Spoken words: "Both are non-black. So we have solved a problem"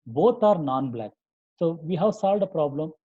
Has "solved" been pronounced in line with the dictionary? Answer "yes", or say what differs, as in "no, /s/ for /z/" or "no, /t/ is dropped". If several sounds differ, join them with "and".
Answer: yes